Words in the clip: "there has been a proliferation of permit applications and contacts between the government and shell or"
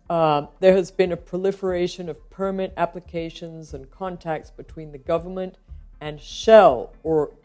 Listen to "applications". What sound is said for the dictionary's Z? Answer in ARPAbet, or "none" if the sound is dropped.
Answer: Z